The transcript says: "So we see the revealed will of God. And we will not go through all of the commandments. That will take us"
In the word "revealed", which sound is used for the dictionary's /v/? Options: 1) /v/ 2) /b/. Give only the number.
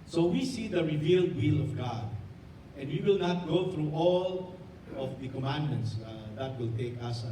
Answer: 1